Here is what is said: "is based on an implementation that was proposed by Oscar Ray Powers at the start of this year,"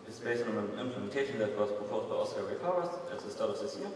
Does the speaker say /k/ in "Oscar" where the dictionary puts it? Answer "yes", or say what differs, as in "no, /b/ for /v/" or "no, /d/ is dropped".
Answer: no, /k/ is dropped